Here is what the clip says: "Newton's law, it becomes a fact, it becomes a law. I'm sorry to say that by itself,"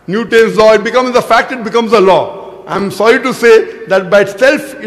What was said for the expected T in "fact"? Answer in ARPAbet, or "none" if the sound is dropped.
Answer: T